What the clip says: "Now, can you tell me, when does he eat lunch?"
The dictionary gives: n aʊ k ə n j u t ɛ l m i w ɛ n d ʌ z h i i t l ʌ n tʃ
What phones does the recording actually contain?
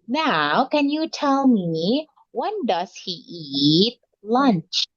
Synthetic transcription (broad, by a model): n aʊ k ə n j u t ɛ l m i w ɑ n d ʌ s h i i t l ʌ n tʃ